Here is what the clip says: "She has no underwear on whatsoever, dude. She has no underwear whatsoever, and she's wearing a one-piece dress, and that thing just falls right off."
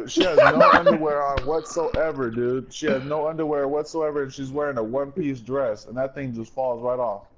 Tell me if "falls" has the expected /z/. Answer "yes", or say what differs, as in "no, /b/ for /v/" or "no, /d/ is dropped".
yes